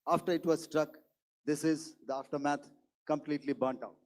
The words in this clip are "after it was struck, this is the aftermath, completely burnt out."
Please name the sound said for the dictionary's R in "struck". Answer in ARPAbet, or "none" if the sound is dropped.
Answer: R